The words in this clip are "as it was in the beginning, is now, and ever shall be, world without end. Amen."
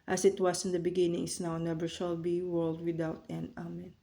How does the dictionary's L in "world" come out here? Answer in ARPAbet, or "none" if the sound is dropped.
L